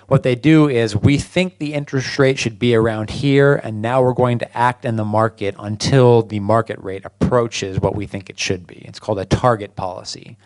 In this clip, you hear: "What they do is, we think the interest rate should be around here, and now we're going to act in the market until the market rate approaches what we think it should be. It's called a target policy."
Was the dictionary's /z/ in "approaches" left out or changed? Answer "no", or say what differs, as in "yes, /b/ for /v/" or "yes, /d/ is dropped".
no